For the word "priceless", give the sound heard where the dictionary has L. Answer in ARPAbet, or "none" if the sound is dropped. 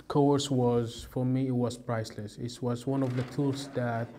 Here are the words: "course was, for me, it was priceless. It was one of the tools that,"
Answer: L